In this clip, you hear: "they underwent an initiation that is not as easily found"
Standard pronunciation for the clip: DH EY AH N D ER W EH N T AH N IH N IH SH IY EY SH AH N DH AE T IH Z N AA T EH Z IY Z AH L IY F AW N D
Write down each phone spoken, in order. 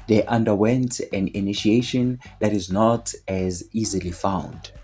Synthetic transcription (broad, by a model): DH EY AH N D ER W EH N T AH N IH N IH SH IY EY SH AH N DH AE T IH Z N AA T EH Z IY Z AH L IY F AW N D